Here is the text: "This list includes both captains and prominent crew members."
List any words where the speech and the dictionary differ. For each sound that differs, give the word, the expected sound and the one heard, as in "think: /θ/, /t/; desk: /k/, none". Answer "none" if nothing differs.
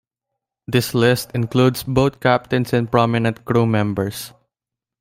includes: /z/, /s/; both: /θ/, /t/; captains: /z/, /s/; members: /z/, /s/